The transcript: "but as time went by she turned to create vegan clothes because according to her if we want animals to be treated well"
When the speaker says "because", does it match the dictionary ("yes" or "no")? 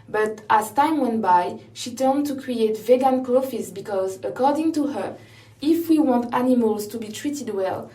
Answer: yes